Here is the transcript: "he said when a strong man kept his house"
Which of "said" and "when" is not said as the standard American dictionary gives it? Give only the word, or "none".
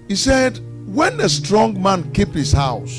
none